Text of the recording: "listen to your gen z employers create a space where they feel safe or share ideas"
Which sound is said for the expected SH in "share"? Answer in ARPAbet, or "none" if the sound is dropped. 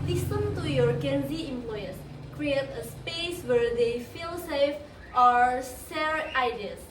S